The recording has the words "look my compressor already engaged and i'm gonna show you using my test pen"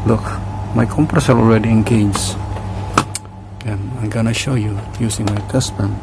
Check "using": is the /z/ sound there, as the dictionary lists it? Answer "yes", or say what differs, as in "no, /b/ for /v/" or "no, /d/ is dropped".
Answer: no, /s/ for /z/